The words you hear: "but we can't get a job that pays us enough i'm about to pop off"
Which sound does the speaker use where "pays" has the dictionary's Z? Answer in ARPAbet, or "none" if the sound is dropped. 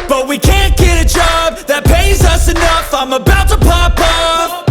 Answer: Z